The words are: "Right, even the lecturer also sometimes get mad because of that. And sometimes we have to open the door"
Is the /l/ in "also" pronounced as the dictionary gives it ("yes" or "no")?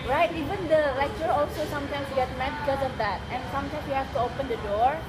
yes